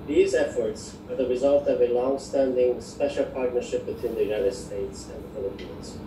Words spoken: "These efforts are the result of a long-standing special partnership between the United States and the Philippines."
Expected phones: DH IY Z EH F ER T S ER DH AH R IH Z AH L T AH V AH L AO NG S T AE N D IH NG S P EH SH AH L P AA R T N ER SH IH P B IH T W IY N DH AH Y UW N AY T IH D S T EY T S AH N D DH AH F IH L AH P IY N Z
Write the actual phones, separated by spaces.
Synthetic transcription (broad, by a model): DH IY Z EH F ER T S ER DH AH R IH Z AH L T AH V AH L AO NG S T AE N D IH NG S P EH SH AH L P AA R T N ER SH IH P B IH T W IY N DH AH Y UW N AY T IH D S T EY T S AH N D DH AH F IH L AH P IY N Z